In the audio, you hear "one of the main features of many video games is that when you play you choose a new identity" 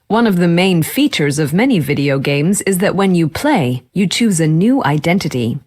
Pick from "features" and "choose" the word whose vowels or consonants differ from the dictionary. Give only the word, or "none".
none